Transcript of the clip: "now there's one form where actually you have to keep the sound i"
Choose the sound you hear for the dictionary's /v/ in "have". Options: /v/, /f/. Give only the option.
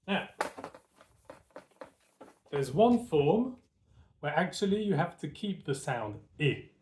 /f/